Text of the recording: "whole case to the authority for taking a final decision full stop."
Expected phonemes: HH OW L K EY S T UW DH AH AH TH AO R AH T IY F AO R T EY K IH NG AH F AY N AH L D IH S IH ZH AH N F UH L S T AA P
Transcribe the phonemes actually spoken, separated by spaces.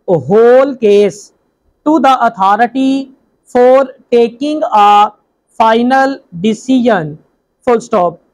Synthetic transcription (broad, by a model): HH OW L K EY S T UW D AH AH T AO R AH T IY F AO R T EY K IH NG AH F AY N AH L D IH S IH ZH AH N F UH L S T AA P